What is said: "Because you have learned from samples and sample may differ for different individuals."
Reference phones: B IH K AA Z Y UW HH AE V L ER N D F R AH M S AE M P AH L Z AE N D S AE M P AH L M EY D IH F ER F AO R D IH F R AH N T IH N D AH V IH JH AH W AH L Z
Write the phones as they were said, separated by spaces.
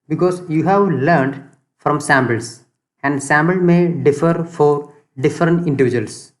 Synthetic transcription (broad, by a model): B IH K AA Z Y UW HH AE V L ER N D F R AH M S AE M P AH L S AE N D S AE M B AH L M EY D IH F ER F AO R D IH F R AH N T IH N D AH V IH JH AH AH L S